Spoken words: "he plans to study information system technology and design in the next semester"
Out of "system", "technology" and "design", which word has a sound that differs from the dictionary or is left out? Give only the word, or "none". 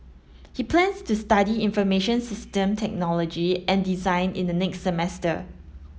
none